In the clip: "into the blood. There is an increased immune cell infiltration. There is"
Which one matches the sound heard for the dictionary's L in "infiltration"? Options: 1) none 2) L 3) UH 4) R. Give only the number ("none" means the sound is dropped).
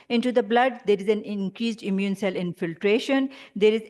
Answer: 2